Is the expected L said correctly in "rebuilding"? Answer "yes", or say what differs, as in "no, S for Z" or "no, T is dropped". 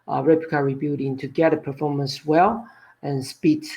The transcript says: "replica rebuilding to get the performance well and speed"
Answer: no, L is dropped